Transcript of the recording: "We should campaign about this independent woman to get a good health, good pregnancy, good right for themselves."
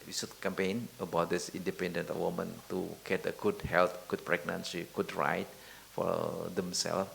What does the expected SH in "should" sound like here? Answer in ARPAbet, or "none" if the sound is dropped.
S